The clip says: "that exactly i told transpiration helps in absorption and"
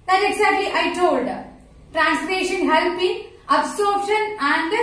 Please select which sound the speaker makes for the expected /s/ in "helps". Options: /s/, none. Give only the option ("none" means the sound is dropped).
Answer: none